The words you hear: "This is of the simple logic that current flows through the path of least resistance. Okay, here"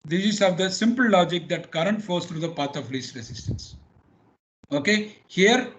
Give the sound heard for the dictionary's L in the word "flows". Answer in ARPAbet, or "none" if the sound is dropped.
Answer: none